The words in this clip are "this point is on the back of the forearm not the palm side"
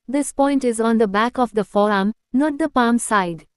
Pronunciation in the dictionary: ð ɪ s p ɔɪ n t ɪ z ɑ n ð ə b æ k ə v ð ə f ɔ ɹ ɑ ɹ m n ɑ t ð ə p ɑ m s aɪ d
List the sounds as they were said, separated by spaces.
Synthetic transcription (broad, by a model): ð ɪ s p ɔɪ n t ɪ z ɑ n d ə b æ k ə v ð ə f ɔ ɹ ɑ m n ɑ t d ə p ɑ m s aɪ d